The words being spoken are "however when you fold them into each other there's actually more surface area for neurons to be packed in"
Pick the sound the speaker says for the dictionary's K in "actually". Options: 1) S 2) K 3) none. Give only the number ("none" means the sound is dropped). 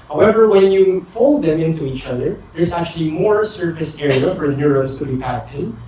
2